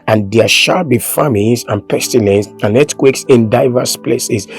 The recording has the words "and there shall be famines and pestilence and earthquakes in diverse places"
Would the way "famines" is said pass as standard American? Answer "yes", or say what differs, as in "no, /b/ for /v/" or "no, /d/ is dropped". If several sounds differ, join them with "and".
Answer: no, /l/ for /n/